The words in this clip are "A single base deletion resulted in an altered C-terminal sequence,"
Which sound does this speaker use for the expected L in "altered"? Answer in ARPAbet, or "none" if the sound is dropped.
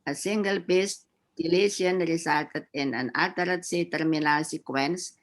none